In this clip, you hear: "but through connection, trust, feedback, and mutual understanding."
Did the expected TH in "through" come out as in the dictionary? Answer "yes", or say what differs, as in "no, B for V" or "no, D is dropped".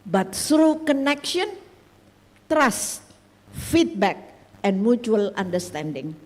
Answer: no, S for TH